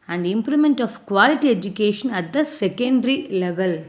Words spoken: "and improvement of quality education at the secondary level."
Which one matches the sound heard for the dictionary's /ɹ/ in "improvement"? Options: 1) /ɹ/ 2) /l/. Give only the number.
2